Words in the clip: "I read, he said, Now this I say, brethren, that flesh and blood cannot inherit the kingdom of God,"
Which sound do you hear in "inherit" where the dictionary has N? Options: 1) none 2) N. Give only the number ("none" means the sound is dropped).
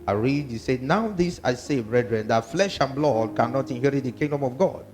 2